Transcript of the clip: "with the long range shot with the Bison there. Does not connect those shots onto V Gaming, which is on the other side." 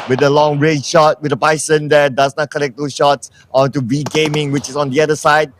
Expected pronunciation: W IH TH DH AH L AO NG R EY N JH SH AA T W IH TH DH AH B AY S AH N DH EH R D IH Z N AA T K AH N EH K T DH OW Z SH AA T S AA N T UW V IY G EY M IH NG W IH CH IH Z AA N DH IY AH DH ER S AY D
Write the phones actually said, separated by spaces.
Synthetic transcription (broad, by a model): W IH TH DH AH L AO NG R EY JH SH AA T W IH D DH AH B AY S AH N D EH D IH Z N AA T K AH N EH K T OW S SH AA T S AA N T UW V IY G EY M IH NG W IH CH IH S AA N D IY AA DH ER S AY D